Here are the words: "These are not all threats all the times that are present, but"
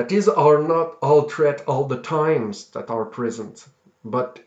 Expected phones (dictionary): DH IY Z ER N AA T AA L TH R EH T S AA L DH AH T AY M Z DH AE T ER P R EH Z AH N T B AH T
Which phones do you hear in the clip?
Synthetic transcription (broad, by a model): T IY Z ER N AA T AA L T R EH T AA L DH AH T AY M Z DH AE T ER P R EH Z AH N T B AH T